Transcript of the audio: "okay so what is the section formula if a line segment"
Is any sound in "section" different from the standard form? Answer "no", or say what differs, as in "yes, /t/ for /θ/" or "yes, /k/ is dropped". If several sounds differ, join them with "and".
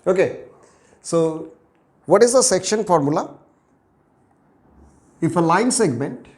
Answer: no